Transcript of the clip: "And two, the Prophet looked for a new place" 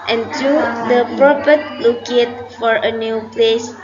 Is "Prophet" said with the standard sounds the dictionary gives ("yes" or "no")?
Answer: no